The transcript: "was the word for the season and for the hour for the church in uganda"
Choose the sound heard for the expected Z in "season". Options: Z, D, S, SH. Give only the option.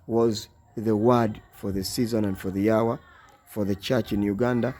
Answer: Z